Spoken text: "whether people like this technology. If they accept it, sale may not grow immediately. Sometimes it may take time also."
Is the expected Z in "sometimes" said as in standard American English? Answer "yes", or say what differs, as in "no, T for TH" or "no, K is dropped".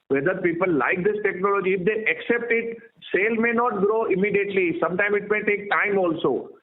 no, Z is dropped